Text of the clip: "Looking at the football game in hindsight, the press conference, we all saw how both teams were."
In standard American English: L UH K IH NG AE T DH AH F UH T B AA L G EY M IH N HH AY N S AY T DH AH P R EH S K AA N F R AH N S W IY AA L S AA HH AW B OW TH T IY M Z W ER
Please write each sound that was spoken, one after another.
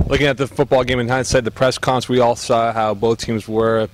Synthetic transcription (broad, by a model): L UH K IH NG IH T DH AH F UH T B AA L G EY M IH N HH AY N S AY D DH AH P R EH S K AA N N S W IY AA L S AA HH AW B OW TH T IY M Z W ER